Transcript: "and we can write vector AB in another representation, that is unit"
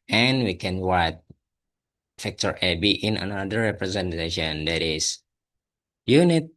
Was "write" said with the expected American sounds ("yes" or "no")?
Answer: no